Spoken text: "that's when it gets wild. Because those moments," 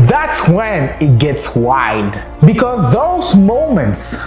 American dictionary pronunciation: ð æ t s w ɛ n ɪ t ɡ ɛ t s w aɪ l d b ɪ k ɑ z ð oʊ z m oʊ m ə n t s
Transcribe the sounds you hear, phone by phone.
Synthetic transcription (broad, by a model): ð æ t s w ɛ n ɪ t ɡ ɛ t s w aɪ d b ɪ k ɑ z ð oʊ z m oʊ m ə n t s